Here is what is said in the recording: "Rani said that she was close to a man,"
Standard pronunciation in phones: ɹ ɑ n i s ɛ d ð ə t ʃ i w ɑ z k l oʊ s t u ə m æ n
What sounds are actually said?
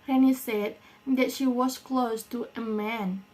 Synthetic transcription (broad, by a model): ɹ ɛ n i s ɛ d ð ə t ʃ i w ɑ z k l oʊ s t u ə m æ n